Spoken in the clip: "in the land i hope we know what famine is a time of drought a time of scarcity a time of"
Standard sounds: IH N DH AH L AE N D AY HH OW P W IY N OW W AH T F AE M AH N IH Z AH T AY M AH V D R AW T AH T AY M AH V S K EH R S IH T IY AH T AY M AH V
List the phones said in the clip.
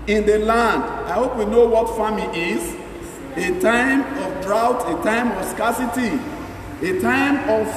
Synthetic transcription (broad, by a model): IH N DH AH L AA N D AY HH OW P W IY N OW W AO T F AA M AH IH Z AH T AY M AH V D R AW T AH T AY M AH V S K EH S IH T IY AH T AY M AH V